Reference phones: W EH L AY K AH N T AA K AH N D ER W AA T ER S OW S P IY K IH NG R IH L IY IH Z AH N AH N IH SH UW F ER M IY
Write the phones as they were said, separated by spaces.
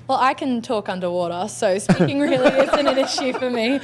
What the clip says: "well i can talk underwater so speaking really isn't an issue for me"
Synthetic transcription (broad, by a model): W EH L AY K AH N T AA K AH N D ER W AA T ER S OW S P IY K IH NG R IH L IY IH S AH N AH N IH SH UW F ER M IY